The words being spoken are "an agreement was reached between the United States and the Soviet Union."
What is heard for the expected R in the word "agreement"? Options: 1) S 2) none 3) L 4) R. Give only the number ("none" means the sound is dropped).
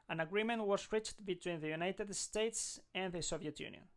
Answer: 4